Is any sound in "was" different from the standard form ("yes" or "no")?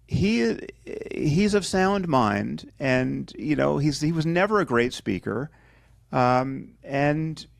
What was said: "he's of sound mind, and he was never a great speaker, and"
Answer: no